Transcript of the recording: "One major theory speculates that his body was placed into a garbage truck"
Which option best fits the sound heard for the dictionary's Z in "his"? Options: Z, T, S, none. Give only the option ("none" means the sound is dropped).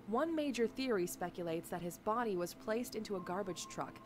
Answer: Z